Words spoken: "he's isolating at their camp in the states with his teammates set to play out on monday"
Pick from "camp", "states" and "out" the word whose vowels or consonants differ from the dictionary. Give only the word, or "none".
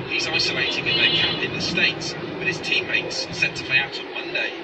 camp